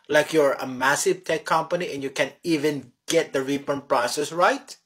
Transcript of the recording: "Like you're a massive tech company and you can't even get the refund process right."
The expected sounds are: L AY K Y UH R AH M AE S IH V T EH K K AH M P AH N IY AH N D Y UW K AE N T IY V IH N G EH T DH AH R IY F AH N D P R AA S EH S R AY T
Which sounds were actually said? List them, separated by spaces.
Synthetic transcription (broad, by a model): L AY K Y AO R AH M AE S IH V T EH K K AH M P AH N IY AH N Y UW K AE N IY V IH N G EH T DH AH R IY P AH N P R AA S EH S R AY T